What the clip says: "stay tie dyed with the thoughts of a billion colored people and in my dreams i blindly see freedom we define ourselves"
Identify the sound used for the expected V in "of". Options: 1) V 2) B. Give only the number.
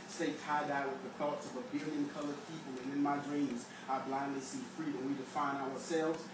1